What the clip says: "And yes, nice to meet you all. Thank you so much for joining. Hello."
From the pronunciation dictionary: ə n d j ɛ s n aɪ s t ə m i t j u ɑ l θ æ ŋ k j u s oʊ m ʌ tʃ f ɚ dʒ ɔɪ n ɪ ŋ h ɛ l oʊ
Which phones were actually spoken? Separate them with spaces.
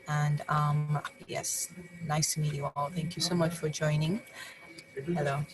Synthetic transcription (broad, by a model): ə n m j ɛ s n aɪ s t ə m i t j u ɑ l θ æ ŋ k j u s oʊ m ʌ tʃ f ɚ dʒ ɔɪ n ɪ ŋ h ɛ l oʊ